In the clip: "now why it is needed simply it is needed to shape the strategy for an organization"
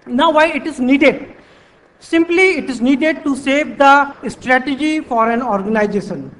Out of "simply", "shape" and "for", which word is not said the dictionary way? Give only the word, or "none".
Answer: shape